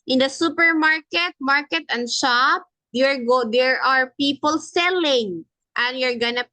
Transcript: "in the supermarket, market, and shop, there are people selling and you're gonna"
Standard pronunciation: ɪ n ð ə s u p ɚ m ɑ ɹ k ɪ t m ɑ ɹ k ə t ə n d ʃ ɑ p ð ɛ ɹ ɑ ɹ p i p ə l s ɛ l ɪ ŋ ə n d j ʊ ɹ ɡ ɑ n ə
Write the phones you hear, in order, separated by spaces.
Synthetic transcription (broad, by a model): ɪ n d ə s u p ɚ m ɑ ɹ k ɪ t m ɑ ɹ k ə t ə n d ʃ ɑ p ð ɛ ɹ ɑ ɹ p i p ə l s ɛ l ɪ ŋ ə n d j ʊ ɹ ɡ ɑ n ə